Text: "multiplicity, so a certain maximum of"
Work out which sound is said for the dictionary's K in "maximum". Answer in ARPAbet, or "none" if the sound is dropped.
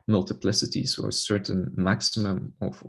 K